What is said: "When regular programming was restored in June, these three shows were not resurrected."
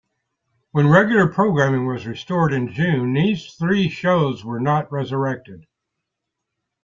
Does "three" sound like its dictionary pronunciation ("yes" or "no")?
yes